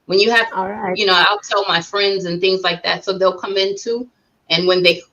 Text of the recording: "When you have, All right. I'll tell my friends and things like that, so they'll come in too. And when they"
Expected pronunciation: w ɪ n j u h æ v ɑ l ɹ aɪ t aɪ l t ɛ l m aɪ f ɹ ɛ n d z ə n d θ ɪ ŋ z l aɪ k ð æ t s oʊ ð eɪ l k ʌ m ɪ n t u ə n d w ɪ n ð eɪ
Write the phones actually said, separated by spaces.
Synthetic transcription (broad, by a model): w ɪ n j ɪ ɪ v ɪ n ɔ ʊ aɪ l t ɛ l m aɪ f ɹ ɛ n d z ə n θ ɪ ŋ z l aɪ k ð æ t s oʊ ð eɪ l k ʌ m ɪ n t u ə n w ɪ n ð eɪ